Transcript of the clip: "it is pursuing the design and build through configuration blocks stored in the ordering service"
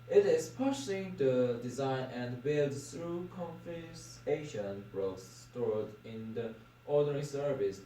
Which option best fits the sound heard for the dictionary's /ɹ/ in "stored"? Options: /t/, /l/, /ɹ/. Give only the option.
/ɹ/